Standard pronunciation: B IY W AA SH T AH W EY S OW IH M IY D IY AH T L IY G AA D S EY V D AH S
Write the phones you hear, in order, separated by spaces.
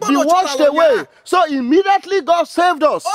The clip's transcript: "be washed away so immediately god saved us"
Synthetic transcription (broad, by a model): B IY W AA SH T AH W EY S OW IH M IY D IY AH T L IY G AA D S EY V D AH S